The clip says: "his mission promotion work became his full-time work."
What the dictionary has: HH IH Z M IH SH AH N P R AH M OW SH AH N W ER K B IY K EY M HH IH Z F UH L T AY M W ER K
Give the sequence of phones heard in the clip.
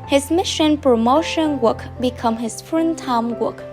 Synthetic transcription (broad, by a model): HH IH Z M IH SH AH N P R AH M OW SH AH N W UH K B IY K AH M HH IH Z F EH N T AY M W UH K